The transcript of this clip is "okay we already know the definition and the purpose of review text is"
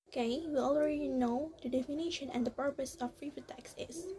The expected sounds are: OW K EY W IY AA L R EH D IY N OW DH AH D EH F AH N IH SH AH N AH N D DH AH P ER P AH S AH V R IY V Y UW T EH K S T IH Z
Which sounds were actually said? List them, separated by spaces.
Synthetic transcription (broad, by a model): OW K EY W IY AA L R EH D IY N OW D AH D EH F AH N IH SH AH N AH N D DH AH P ER P AH S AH P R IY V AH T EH K S IH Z